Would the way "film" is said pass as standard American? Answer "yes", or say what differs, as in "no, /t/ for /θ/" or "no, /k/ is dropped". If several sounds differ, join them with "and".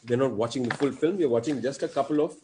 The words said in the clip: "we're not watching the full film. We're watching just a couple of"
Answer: yes